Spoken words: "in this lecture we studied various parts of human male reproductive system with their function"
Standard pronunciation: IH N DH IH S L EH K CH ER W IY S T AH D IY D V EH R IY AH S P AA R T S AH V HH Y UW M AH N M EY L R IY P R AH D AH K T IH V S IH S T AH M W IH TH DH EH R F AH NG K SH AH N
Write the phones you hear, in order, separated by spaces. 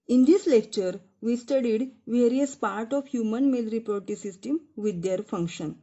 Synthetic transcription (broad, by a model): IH N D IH S L EH K CH ER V IY S T AH D IY D V EH R IY AH S P AA R T AH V HH Y UW M AH N M EY L R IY P R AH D T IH S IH S T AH M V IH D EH R F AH NG K SH AH N